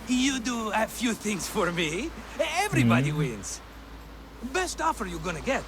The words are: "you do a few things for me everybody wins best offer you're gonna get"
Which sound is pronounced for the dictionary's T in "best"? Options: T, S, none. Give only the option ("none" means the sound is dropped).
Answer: T